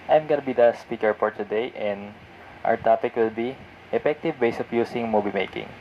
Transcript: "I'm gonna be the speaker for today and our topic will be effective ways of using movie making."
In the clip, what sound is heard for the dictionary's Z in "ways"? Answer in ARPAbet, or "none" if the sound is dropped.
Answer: S